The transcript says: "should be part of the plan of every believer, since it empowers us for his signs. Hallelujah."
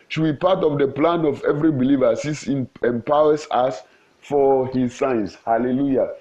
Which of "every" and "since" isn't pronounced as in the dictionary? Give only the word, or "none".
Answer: since